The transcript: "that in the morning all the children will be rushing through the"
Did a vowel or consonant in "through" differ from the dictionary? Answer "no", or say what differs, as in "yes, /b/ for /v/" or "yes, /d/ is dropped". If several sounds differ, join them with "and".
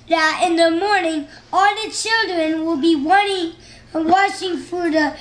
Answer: yes, /f/ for /θ/